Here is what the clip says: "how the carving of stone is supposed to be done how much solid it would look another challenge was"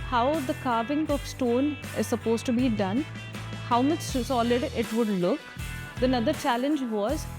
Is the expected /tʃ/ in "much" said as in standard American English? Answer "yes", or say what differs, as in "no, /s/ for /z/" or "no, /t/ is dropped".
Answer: no, /s/ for /tʃ/